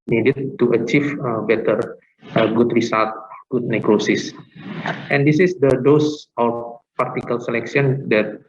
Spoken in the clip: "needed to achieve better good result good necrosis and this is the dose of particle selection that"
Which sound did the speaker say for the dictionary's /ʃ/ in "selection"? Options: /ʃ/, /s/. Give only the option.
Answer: /s/